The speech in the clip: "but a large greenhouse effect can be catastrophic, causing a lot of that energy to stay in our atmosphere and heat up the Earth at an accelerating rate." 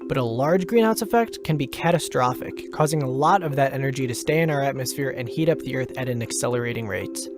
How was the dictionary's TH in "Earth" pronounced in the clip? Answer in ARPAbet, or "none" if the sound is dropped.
TH